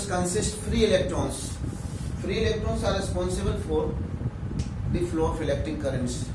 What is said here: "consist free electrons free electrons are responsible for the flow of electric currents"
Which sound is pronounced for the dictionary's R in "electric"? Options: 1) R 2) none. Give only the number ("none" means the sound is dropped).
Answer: 2